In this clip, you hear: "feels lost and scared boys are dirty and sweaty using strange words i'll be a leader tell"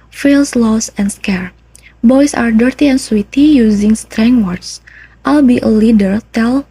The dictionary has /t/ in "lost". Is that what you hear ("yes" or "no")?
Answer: no